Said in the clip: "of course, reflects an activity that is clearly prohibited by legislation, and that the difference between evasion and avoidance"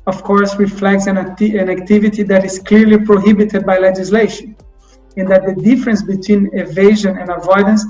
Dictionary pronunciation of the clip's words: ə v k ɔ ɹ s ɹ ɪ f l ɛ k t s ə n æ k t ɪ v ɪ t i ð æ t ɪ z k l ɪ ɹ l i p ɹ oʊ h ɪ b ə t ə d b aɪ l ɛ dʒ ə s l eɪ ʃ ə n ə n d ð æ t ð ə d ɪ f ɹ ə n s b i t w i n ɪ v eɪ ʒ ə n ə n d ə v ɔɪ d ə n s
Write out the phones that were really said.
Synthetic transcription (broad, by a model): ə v k ɔ ɹ s ɹ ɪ f l ɛ k t s ə n æ k t ɪ v ɪ t i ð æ t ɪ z k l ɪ ɹ l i p ɹ oʊ h ɪ b ə t ə d b aɪ l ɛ dʒ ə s l eɪ ʃ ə n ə n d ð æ t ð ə d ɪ f ɹ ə n s b i t w i n ɪ v eɪ ʒ ə n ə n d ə v ɔɪ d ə n s